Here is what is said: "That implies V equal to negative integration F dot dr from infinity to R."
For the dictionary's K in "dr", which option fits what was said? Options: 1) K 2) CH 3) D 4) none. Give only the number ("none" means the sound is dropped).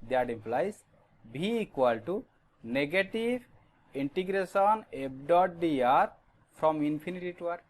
4